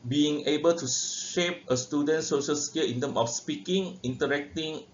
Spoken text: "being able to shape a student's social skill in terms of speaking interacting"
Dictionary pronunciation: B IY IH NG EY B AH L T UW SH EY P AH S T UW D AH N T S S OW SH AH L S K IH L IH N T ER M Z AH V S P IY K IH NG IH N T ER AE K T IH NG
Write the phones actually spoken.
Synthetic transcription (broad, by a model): B IY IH NG EY B AH L T UW SH EY P AH S T UW D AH N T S S OW SH AH L S K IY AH IH N T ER M AH F S P IY K IH NG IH N T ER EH K T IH NG